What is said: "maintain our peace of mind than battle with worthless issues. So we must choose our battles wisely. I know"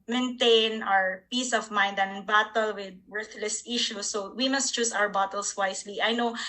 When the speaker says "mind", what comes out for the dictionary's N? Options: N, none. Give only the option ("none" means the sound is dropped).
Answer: N